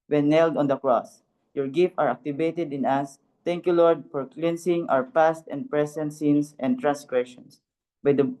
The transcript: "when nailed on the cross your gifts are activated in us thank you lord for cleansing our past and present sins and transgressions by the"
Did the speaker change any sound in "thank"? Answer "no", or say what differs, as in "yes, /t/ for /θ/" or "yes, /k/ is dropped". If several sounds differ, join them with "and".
yes, /t/ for /θ/